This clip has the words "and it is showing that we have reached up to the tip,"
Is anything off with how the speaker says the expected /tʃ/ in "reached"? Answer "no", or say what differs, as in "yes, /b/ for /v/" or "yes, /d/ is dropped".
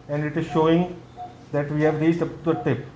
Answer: yes, /s/ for /tʃ/